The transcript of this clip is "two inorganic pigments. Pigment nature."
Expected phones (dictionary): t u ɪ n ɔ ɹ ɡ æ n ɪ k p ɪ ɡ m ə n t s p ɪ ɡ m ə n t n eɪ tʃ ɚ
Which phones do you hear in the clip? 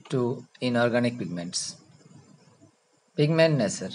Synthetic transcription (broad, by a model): t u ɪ n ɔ ɹ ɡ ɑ n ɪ k p ɪ ɡ m ə n t s p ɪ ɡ m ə n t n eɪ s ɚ